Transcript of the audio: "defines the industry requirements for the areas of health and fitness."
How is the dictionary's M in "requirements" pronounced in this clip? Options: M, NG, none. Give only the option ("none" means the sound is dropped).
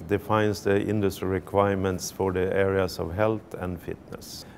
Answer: M